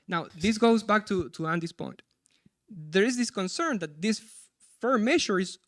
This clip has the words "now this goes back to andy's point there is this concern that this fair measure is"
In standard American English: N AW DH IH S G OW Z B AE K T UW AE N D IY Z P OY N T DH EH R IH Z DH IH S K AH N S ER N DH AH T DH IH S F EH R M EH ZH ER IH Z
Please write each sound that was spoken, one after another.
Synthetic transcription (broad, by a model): N AW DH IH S G OW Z B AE K T UW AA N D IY S P OY N T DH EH R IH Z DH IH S K AH N S ER N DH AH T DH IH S F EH R M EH SH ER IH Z